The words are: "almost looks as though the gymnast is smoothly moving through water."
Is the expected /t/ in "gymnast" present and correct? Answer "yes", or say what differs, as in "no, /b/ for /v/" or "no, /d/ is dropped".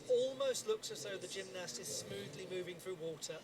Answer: yes